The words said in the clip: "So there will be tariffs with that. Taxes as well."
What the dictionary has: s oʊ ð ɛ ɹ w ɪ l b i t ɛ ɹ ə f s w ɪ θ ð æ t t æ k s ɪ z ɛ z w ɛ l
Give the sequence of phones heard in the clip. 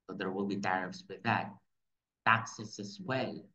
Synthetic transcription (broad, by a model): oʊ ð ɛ ɹ w ɪ l b i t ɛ ɹ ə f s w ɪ ð æ t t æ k s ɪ s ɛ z w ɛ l